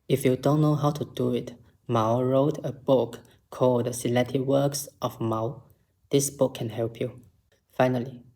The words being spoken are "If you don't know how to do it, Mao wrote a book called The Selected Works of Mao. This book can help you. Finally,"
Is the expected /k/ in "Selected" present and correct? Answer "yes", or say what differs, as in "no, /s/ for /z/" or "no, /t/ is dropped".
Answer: no, /k/ is dropped